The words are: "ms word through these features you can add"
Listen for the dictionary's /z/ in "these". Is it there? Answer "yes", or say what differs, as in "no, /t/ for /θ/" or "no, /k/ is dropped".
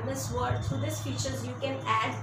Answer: no, /s/ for /z/